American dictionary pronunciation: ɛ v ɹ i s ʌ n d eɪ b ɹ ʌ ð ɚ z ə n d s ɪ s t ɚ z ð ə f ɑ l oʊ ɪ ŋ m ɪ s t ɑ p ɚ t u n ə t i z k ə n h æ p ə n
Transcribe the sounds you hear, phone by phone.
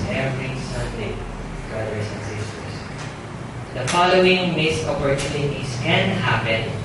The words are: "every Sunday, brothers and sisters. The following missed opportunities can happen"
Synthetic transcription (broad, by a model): ɛ v ɹ i s ʌ n d eɪ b ɹ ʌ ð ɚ s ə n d s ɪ s t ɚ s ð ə f ɑ l oʊ ɪ ŋ m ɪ s ɑ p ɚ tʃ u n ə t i s k ə n h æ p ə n